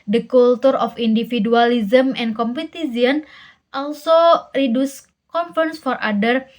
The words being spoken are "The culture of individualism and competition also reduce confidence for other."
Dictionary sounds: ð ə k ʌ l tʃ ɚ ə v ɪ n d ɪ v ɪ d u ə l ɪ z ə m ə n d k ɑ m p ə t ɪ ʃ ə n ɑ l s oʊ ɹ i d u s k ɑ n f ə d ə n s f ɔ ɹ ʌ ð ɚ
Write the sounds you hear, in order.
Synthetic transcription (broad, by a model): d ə k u l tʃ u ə f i n d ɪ f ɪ d u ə l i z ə m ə n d k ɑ m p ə t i s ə n ɑ l s oʊ ɹ i d u s k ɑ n f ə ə n s f ɔ ɹ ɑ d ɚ